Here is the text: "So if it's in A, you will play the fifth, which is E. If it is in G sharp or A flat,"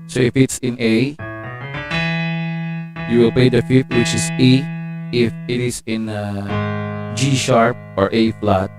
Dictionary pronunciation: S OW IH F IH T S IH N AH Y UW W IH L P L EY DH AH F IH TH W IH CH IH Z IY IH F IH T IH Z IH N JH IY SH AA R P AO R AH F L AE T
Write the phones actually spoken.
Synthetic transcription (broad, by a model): S OW IH F IH T S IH N AH Y UW W IH L P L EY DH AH F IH T W IH CH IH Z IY IH F IH T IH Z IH N JH IY SH AA R P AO R AH F L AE T